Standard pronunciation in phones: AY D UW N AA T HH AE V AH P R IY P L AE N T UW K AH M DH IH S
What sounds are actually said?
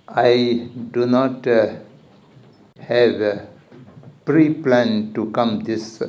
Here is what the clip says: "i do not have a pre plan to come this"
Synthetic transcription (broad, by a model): AY D UW N AA T HH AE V AH P R IY P L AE N T UW K AH M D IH S